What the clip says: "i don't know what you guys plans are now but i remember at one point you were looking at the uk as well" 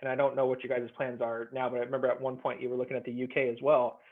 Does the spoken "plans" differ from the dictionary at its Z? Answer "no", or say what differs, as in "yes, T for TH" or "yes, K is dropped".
no